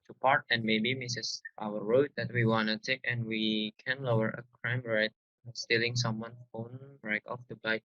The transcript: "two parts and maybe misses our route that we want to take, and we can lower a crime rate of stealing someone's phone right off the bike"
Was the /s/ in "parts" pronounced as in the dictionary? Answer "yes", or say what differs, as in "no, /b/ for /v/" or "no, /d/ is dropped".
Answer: no, /s/ is dropped